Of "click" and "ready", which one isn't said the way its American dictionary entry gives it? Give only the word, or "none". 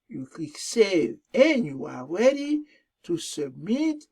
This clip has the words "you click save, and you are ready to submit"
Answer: click